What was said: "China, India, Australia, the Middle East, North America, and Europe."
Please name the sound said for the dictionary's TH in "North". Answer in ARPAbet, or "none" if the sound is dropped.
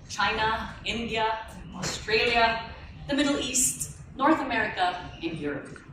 TH